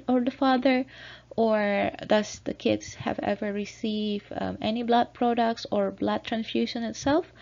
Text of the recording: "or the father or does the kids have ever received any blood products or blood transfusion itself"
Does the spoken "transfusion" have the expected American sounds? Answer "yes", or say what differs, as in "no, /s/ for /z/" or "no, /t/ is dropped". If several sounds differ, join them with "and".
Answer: no, /s/ is dropped